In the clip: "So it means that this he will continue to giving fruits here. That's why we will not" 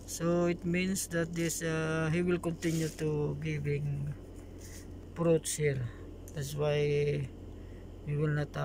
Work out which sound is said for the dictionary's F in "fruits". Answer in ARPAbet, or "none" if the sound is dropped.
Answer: P